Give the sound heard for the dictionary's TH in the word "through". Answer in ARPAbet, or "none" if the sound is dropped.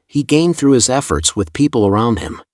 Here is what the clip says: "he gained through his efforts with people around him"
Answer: TH